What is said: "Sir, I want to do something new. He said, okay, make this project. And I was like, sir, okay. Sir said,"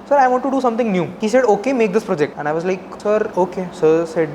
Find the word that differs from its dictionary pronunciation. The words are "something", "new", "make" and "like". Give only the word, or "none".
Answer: something